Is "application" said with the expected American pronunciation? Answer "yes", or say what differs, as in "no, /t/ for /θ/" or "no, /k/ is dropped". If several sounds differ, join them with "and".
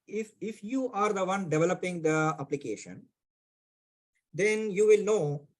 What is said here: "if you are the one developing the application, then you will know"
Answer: yes